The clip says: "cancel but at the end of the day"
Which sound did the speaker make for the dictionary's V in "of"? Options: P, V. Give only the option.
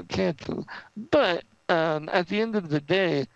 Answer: V